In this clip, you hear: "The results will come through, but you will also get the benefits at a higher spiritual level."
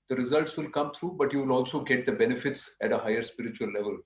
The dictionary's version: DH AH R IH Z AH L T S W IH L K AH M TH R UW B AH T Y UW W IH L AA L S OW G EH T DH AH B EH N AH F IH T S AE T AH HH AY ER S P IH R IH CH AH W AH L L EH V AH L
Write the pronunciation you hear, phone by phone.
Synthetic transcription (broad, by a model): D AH R IH Z AH L T S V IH L K AH M T R UW B AH T Y UW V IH L AA L S OW G EH T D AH B EH N AH F IH T S AE T AH HH AY ER S P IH R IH CH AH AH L L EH V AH L